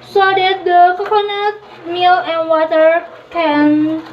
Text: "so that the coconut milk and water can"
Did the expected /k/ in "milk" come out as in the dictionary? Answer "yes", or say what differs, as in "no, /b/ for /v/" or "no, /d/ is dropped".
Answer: no, /k/ is dropped